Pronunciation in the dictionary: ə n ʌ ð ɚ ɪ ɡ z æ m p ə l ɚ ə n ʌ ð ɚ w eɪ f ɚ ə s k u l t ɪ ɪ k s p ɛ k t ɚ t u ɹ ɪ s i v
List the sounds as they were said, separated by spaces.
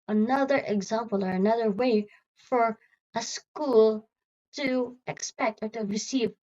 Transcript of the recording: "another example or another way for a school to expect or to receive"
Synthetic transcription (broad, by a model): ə n ʌ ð ɚ ɪ ɡ z æ m p ə l ɚ ə n ʌ ð ɚ w eɪ f ɚ ə s k u l t ɪ ɪ k s p ɛ k t ɚ t u ɹ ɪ s i v